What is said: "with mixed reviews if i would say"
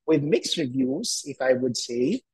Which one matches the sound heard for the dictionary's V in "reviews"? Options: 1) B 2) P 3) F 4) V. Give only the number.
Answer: 4